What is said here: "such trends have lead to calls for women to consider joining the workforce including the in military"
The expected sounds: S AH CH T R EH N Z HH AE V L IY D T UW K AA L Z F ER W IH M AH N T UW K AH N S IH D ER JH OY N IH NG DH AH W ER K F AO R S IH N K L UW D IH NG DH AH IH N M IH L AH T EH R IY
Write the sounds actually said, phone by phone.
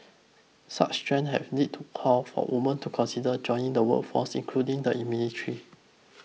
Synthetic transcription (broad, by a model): S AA CH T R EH N HH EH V N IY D T UW K AA L F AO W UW M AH N T UW K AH N S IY D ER JH OY N IH NG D AH W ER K F AO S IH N K L UW D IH NG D AH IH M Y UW N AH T R IY